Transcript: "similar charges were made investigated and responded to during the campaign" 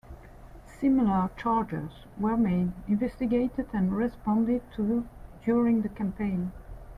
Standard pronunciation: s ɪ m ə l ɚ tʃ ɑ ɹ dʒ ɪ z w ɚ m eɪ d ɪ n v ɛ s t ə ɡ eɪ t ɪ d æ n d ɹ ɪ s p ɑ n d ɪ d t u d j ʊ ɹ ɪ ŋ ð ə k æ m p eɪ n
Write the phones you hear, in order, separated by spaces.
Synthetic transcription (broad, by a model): s ɪ m ə l ɚ tʃ ɑ ɹ dʒ ɪ z w ɚ m eɪ d ɪ n v ɛ s t ə ɡ eɪ t ɪ d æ n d ɹ ɪ s p ɑ n d ɪ d t u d j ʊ ɹ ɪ ŋ ð ə k æ m p eɪ n